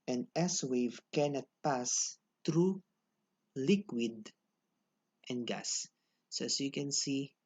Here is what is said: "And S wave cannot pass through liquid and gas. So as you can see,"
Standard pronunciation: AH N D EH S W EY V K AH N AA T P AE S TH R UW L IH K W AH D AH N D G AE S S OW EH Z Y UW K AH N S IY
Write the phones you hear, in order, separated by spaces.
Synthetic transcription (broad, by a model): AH N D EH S W EY V K AH N AA T P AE S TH R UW L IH K W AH D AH N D G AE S S OW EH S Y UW K AH N S IY